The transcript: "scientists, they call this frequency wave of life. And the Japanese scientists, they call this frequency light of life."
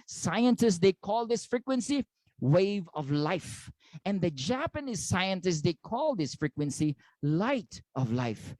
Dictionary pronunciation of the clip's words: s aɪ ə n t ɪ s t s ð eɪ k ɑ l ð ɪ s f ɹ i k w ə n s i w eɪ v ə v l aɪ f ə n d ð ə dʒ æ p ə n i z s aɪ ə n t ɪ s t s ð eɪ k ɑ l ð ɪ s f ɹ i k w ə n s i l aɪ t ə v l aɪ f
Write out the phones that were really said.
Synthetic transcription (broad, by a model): s aɪ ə n t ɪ s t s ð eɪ k ɑ l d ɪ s f ɹ i k w ə n s i w eɪ v ə v l aɪ f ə n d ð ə dʒ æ p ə n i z s aɪ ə n t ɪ s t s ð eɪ k ɑ l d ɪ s f ɹ i k w ə n s i l aɪ t ə v l aɪ f